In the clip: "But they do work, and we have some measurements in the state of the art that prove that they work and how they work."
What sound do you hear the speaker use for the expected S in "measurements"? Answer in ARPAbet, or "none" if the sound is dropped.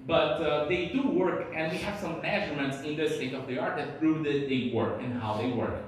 S